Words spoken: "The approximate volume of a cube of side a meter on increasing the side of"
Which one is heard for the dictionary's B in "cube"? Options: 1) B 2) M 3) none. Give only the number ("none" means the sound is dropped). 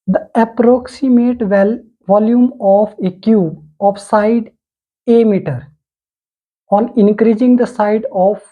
3